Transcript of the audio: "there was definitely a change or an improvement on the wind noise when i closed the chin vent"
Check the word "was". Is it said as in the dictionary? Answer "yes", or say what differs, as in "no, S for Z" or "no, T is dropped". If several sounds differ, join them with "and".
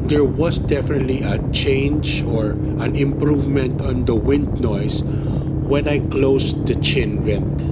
no, S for Z